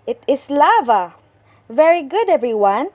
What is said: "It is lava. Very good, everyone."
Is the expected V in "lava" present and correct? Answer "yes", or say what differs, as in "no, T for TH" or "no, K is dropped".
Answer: yes